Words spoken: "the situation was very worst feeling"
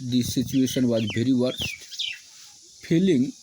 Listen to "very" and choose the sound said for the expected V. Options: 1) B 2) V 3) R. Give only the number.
1